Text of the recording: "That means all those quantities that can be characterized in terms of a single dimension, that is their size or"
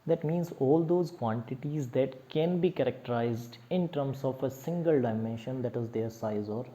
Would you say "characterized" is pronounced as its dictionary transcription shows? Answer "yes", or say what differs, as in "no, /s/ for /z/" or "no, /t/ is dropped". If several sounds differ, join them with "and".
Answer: yes